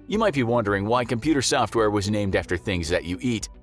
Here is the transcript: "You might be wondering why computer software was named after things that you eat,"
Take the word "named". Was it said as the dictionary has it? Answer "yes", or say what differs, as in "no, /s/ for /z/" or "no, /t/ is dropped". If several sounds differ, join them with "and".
yes